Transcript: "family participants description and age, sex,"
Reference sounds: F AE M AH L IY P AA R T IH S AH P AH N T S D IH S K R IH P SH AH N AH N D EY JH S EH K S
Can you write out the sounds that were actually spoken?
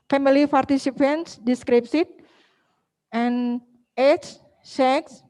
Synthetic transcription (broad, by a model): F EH M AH L IY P AA R T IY S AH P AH N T S D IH S K R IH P S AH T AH N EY CH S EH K S